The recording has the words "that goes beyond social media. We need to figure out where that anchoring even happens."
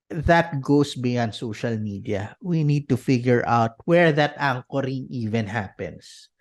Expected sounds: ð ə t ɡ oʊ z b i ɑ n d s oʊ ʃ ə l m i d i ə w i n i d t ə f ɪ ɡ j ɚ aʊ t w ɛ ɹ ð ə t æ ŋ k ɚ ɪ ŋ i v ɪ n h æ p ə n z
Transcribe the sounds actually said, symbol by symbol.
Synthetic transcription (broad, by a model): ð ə t ɡ oʊ s b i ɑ n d s oʊ ʃ ə l m i d i ə w i n i d t ə f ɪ ɡ j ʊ aʊ t w ɛ ɹ ð ə t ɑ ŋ k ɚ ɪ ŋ i v ɪ n h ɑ p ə n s